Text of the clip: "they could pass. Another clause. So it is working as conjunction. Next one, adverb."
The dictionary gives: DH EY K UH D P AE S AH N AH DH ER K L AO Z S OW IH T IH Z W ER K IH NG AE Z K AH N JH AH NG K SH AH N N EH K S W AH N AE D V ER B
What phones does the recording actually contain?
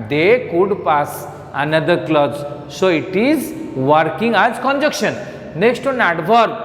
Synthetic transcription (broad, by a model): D EY K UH D P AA S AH N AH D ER K L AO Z S OW IH T IH Z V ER K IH NG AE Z K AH N JH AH K SH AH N N EH K S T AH N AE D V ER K